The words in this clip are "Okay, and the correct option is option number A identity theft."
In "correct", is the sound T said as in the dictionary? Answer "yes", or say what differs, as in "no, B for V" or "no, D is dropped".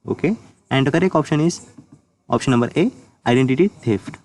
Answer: no, T is dropped